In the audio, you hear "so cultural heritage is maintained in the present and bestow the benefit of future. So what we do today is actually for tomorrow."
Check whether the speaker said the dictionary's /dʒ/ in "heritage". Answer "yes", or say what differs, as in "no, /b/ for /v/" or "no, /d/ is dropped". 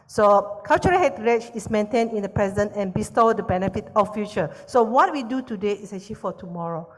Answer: no, /tʃ/ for /dʒ/